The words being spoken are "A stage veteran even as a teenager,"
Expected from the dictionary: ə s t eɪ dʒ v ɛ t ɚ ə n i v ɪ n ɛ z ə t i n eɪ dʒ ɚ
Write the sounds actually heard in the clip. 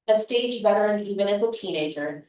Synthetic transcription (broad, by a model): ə s t eɪ dʒ b ɛ t ɚ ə n i v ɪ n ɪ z ə t i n eɪ dʒ ɚ